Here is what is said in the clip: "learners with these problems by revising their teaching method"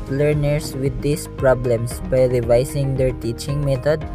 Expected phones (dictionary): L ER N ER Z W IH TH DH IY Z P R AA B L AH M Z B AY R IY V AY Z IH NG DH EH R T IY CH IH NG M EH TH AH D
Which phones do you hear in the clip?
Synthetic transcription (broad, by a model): L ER N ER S W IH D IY S P R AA B L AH M S B AY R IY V AY S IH NG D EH R T IY CH IH NG M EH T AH D